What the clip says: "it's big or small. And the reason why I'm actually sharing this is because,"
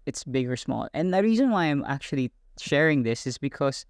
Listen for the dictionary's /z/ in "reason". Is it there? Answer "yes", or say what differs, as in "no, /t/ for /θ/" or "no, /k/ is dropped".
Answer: yes